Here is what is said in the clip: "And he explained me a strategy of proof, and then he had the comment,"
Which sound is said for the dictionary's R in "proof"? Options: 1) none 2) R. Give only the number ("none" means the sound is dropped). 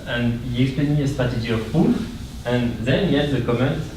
1